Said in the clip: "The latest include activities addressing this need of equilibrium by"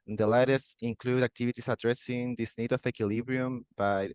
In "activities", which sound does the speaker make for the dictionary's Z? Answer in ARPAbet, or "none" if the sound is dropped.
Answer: S